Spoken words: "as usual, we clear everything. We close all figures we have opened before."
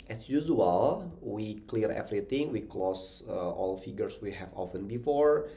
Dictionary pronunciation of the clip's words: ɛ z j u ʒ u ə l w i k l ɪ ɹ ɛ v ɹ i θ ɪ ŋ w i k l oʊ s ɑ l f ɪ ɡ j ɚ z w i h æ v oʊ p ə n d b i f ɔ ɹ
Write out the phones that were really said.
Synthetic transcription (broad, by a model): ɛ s j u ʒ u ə l w i k l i ɹ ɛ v ɹ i t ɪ ŋ w i k l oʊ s ɑ l f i ɡ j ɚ s w i h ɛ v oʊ f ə n b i f ɔ ɹ